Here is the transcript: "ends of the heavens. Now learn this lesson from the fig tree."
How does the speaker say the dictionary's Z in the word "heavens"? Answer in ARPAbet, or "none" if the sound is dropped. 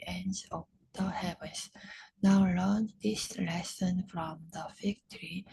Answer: S